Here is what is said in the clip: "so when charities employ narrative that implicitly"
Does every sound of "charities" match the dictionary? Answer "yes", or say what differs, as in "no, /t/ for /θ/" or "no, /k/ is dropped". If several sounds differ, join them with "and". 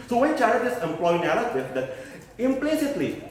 no, /ɹ/ is dropped